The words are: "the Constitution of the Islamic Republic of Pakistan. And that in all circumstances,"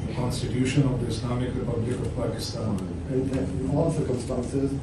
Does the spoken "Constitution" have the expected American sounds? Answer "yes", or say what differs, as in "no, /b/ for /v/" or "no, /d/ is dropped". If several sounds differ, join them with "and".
yes